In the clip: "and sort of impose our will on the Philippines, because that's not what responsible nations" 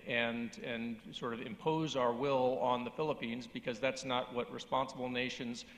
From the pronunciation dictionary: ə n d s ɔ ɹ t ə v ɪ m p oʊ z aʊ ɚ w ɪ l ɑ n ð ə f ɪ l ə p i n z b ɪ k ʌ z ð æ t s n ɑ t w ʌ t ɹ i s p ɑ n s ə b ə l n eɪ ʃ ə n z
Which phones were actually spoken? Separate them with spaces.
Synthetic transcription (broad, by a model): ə n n s ɔ ɹ t ə v ɪ m p oʊ z aʊ ɚ w ɪ l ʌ n ð ə f ɪ l ə p i n z b ɪ k ʌ z ð æ t s n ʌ t w ʌ t ɹ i s p ɑ n s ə b l n eɪ ʃ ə n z